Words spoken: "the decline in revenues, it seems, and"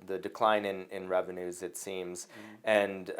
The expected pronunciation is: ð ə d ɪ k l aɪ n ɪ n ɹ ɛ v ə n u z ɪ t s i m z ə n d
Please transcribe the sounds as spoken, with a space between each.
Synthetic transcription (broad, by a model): ð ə d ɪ k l aɪ n ɪ n ɹ ɛ v ə n u z ɪ t s i m z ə n